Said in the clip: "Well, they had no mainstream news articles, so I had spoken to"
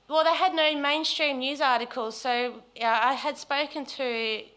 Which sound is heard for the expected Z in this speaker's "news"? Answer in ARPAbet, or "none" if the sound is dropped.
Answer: Z